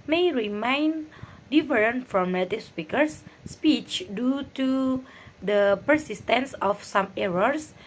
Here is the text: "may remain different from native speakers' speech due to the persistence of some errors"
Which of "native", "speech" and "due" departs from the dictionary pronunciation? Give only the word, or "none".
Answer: native